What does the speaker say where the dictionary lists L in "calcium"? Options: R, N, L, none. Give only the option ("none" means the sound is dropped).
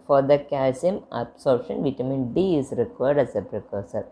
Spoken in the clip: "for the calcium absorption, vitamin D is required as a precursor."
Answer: none